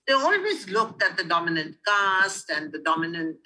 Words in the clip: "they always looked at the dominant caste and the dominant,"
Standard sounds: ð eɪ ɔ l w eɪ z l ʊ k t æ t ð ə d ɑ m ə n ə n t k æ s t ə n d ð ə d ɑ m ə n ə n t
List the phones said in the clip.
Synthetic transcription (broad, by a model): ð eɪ ɔ l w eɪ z l ʊ k t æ t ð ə d ɑ m ə n ə n t k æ s t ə n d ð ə d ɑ m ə n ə n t